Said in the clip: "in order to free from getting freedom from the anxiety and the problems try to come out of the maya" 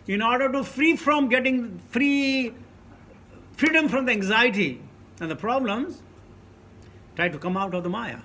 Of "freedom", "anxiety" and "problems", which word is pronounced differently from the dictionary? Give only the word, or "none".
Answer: none